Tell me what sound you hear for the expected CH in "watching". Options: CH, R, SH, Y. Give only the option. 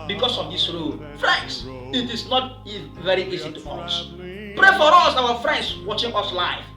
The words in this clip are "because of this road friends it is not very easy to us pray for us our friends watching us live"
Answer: CH